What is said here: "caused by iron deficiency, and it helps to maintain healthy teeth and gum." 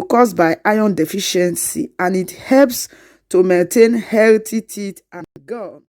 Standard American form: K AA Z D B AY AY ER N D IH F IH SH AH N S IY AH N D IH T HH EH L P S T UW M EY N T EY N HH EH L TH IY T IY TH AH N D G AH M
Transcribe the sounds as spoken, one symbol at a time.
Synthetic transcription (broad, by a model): K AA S B AY AY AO N D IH F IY SH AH N S IY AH N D IH T HH EH L P S T UW M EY N T EY N HH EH L T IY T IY T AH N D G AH